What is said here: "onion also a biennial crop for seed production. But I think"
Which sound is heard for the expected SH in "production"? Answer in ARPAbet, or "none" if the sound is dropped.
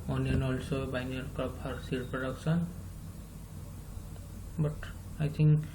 S